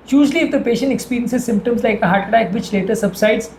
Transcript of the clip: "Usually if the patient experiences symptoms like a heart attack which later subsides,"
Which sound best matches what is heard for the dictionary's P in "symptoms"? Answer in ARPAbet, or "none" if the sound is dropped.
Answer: P